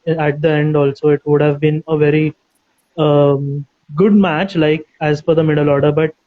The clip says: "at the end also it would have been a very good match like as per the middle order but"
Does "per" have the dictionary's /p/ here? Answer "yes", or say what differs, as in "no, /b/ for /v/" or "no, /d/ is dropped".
no, /f/ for /p/